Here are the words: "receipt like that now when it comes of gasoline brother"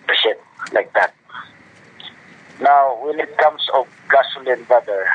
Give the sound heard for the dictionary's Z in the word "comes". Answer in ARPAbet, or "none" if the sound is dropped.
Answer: S